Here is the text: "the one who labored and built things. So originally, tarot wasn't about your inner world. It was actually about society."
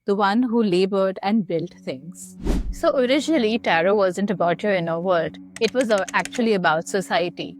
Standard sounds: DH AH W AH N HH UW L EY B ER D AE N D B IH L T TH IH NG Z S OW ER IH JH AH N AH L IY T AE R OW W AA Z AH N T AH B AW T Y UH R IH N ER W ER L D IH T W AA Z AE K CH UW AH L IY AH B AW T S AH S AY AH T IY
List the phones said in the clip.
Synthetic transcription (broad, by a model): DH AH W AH N HH UW L EY B ER D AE N D B IH L T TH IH NG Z S OW ER IH JH AH N AH L IY T AE R OW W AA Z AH N T AH B AW T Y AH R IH N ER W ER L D IH T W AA Z AE K CH UW AH L IY AH B AW T S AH S AY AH T IY